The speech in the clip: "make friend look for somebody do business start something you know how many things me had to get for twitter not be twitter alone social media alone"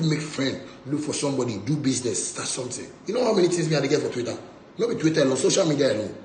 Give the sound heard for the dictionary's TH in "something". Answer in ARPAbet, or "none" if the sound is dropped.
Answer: T